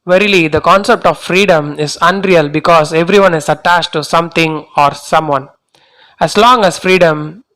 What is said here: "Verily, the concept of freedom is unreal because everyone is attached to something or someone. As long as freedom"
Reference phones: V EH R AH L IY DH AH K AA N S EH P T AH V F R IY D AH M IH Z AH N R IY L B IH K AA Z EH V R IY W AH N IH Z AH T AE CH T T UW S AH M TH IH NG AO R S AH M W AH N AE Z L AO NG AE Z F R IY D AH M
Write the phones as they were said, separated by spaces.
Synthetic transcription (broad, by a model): V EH R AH L IY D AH K AA N S EH P T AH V F R IY D AH M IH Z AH N R IY L B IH K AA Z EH V R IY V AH N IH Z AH T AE CH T T UW S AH M T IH NG AO R S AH M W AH N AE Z L AO NG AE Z F R IY D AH M